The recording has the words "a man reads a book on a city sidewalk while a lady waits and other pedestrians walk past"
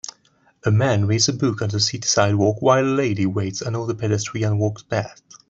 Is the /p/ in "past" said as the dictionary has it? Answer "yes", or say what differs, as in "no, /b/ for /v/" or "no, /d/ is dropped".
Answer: no, /b/ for /p/